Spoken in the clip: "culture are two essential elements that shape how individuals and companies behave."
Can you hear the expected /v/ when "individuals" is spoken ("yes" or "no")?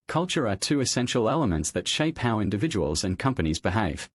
yes